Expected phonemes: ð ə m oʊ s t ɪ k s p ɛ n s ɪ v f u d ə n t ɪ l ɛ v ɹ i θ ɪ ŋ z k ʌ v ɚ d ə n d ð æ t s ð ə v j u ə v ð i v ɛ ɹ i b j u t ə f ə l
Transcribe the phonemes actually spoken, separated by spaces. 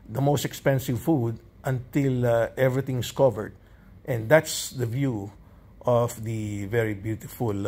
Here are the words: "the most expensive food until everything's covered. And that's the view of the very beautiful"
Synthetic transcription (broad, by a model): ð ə m oʊ s t ɪ k s p ɛ n s ɪ v f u d ə n t ɪ l ɛ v ɹ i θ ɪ ŋ s k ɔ v ɚ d ə n d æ t s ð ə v j u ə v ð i v ɛ ɹ i b j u t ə f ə l